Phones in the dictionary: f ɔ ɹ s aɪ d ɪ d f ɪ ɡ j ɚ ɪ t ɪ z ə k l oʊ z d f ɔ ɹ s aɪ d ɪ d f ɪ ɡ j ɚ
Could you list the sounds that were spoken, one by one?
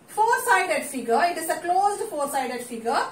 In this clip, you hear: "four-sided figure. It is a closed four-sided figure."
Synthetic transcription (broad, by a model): f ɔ ɹ s aɪ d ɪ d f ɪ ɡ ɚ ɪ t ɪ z ə k l oʊ z d f ɔ ɹ s aɪ d ɪ d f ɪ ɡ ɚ